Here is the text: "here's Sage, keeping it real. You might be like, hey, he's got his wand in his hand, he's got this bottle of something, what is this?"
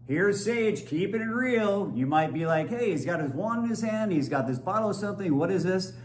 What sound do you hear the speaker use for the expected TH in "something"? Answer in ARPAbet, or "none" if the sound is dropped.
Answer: TH